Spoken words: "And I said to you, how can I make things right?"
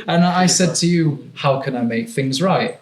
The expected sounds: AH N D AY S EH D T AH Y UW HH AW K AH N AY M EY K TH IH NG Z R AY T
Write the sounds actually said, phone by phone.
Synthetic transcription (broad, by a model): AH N AY S EH D T AH Y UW HH AW K AH N AY M EY K TH IH NG Z R AY T